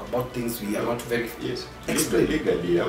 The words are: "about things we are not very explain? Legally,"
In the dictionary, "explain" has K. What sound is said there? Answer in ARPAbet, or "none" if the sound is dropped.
none